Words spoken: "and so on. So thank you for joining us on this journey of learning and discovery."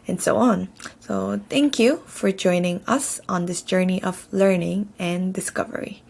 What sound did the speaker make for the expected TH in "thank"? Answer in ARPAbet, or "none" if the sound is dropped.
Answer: T